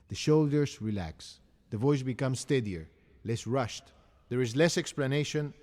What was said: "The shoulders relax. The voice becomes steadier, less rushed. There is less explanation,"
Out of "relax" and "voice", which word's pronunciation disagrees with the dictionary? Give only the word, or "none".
none